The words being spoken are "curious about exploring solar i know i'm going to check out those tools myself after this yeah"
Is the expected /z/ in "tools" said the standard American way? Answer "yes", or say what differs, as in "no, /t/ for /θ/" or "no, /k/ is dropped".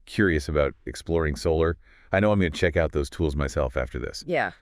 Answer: yes